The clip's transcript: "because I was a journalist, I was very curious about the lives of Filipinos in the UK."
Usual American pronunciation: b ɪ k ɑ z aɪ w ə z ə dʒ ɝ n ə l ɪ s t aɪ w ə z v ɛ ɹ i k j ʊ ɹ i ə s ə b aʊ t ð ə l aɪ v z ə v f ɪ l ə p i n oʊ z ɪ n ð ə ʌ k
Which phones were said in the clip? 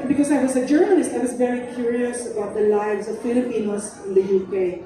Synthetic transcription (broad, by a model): b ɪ k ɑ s aɪ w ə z ə dʒ ɝ n ə l ɪ s t aɪ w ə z v ɛ ɹ i k j ʊ ɹ i ə s ə b aʊ t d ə l aɪ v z ə v f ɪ l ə p i n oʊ s ɪ n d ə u k